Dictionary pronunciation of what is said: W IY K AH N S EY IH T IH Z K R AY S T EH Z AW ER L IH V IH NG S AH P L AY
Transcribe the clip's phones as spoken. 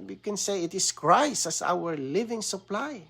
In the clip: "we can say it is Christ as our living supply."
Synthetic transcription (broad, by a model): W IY K AH N S EY IH T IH S K R AY S AH S AW ER L IH V IH NG S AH P L AY